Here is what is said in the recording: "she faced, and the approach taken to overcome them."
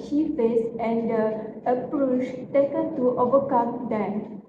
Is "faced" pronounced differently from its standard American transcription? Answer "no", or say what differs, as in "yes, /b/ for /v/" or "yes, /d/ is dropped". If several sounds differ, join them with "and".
yes, /t/ is dropped